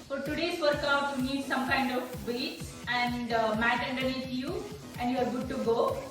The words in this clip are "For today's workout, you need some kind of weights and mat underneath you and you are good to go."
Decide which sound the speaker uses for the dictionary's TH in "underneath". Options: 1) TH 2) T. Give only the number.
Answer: 2